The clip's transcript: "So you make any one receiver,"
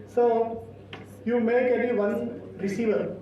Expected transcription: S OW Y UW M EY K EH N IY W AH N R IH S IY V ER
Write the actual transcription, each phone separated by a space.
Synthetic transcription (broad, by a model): S OW Y UW M EY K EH L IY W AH N R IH S IY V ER